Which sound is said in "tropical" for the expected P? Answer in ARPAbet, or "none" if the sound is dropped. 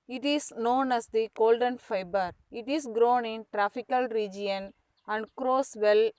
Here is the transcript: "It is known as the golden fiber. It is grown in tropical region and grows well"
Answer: F